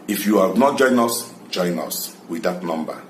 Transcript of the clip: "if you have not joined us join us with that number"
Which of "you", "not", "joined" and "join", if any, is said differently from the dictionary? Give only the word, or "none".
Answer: joined